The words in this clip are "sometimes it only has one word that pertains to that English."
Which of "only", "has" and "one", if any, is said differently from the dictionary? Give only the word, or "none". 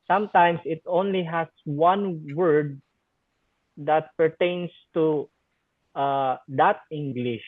has